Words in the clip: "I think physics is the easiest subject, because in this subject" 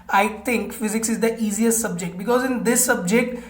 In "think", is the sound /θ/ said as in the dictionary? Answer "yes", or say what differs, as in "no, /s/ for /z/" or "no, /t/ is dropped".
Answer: no, /t/ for /θ/